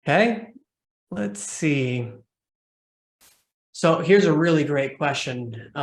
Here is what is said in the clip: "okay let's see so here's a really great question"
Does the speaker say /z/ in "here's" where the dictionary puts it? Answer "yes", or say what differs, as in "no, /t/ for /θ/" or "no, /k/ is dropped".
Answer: yes